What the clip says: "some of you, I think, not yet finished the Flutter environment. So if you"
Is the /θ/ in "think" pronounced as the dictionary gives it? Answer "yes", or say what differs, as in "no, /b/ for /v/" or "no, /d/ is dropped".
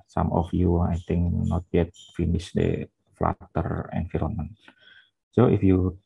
no, /t/ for /θ/